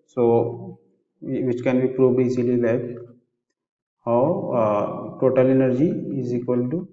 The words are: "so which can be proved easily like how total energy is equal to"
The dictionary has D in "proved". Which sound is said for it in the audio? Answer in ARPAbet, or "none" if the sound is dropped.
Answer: none